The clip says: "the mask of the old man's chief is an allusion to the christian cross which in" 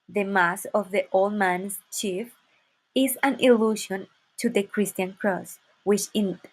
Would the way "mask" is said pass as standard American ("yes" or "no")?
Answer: no